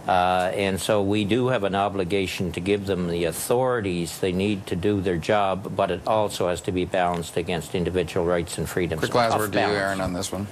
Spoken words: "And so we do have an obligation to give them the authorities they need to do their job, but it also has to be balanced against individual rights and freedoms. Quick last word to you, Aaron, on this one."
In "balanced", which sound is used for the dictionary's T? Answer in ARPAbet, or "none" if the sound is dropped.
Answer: T